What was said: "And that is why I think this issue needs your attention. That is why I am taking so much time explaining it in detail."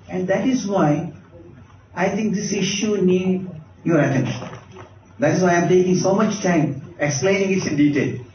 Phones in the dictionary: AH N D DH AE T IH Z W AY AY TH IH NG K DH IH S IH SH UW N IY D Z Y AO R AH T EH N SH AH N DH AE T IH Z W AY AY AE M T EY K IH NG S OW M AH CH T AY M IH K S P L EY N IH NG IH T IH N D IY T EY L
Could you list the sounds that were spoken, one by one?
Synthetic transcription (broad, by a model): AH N D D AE T IH Z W AY AY T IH NG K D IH S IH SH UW N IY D Y AO R AH T EH N SH AH N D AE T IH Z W AY AY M T EY K IH NG S OW M AH CH T AY M IH K S P L EY N IH NG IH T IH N D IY T EY L